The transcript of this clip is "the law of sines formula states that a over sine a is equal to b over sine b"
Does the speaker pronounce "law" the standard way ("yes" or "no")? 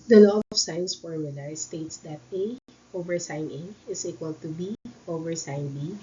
no